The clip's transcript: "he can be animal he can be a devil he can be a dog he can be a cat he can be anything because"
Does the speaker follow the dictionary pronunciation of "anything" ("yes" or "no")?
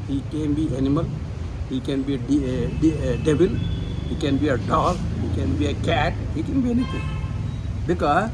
no